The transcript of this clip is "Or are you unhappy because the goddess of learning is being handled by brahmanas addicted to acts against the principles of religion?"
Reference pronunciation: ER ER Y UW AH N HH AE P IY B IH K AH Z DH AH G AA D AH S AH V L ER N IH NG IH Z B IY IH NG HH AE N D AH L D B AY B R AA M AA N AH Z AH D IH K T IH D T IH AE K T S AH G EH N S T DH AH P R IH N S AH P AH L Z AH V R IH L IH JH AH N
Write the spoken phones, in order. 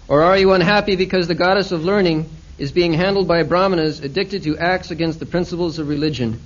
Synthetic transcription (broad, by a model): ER ER Y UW AH N HH AE P IY B IH K AH Z DH AH G AA D AH S AH V L ER N IH NG IH Z B IY IH NG HH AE N D L D B AY B R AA M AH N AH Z AH D IH K T IH D T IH AE K T S AH G EH N S T DH AH P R IH N S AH P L Z AH V R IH L IH JH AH N